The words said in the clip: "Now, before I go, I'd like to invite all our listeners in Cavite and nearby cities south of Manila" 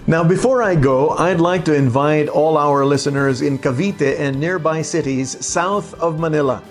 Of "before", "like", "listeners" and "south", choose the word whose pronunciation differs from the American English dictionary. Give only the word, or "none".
none